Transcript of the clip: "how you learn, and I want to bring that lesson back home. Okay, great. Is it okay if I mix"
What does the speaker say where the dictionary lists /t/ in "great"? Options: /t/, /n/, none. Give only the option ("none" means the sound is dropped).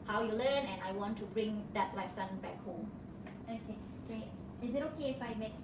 none